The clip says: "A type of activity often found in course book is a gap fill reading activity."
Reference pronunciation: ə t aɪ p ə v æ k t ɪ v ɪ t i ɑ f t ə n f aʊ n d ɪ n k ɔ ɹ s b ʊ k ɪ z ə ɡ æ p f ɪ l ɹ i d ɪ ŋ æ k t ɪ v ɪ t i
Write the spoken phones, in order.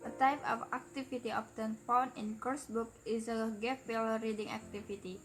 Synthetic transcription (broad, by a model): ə t aɪ p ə f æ k t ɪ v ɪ t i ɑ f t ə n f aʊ n ɪ n k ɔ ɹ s b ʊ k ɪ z ə ɡ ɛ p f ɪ l ɹ i d ɪ ŋ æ k t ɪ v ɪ t i